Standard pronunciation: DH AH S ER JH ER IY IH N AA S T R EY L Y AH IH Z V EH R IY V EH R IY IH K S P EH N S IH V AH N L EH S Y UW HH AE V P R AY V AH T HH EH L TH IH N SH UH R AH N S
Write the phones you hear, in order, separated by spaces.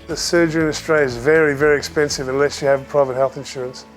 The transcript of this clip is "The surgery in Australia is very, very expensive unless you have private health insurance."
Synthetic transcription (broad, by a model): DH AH S ER JH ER IH N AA S T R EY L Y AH IH Z V EH R IY V EH R IY IH K S P EH N S IH V AH N L EH S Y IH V P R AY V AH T HH EH L TH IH N SH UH R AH N S